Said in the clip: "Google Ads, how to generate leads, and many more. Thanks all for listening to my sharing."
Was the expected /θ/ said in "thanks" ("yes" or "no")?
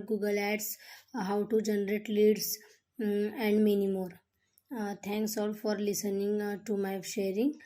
no